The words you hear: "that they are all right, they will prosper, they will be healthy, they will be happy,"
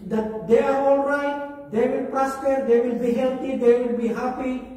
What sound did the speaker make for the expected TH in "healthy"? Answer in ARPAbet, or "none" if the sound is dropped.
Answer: T